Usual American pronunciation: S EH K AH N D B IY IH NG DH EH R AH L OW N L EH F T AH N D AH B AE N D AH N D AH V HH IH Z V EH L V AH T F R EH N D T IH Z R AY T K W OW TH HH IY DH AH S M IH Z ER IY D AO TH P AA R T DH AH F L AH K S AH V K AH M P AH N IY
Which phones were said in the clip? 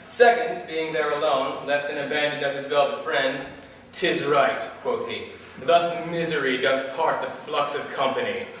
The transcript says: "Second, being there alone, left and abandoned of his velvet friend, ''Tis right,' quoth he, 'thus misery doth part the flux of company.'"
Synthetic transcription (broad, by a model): S EH K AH N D B IY IH NG DH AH R AH L OW N L EH F T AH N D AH B AE N D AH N AH V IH Z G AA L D F R EH N D T IH Z R AY T K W OW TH HH IY DH AH S M IH Z ER IY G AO T P AA R T DH AH F L AH K S AH V K AH M P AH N IY